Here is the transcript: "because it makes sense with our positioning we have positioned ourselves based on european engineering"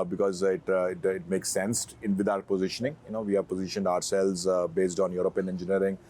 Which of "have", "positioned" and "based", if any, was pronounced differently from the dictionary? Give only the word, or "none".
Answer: none